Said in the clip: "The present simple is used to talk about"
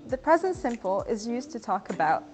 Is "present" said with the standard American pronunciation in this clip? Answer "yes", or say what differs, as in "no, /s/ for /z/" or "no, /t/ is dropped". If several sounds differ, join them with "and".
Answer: yes